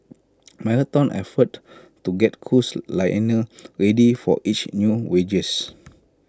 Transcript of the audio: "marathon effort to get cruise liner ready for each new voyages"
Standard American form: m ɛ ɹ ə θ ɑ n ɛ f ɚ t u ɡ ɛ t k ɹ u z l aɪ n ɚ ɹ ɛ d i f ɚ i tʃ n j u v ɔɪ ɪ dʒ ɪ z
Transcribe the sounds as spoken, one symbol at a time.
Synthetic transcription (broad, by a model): m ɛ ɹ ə t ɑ n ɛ f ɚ t u ɡ ɛ t k u s l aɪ n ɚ ɹ ɛ d i f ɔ i tʃ n j u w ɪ dʒ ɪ s